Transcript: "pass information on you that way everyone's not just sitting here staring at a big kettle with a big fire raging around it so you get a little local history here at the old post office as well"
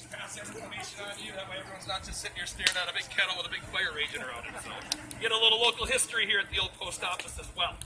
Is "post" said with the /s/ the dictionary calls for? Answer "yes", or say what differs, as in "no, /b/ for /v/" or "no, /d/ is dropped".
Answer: yes